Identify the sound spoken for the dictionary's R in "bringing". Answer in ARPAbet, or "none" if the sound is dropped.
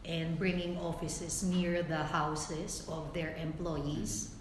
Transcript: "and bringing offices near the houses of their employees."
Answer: R